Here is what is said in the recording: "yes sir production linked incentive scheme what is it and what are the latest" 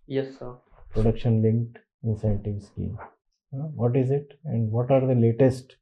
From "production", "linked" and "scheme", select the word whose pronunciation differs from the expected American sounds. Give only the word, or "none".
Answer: none